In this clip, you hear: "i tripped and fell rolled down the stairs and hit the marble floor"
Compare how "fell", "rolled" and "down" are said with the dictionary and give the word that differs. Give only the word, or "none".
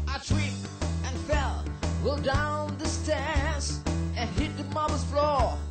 rolled